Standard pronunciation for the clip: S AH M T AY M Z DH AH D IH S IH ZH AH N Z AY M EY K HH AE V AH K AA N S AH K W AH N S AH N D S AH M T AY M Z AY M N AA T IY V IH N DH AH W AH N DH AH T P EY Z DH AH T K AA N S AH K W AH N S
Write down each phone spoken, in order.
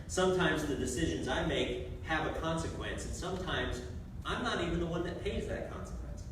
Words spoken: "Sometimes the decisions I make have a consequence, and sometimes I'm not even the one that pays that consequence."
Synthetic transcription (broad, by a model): S AH M T AY M Z DH AH D IH S IH ZH AH N Z AY M EY K HH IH V AH K AA N S AH K W AH N S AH N S AH M T AY M Z AY M N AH T IY V IH N DH AH W AH N DH AH T P EY Z DH AH T K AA N S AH K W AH N S